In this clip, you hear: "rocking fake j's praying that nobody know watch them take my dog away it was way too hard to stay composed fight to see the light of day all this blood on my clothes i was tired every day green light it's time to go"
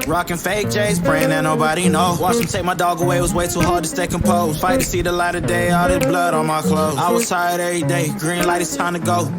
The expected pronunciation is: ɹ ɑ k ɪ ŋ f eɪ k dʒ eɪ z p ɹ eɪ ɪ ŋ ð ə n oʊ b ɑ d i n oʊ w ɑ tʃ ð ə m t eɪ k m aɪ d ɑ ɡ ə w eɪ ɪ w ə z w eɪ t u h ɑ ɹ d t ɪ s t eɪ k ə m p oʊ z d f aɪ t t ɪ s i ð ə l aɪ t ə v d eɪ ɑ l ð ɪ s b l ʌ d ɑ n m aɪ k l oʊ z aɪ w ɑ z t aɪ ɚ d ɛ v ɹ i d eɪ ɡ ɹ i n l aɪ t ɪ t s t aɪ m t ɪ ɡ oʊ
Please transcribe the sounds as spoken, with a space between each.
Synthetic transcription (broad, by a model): ɹ ɑ k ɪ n f eɪ k dʒ eɪ z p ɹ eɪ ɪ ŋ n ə n oʊ b ɑ d i n oʊ w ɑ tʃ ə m t eɪ k m aɪ d ɑ ɡ ə w eɪ ɪ w ə z w eɪ t u h ɑ ɹ d t ɪ s t eɪ k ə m p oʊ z f aɪ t t ɪ s i ð ə l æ t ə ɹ d eɪ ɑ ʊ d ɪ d b l ʌ d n m aɪ k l oʊ ʊ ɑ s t aɪ d ɛ v ɹ i d eɪ ɡ ɹ i n l aɪ t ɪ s t aɪ m t ɪ ɡ oʊ